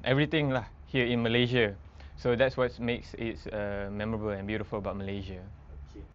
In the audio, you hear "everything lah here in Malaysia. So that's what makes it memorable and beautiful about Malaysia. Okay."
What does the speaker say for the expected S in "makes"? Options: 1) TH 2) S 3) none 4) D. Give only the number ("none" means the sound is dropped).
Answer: 2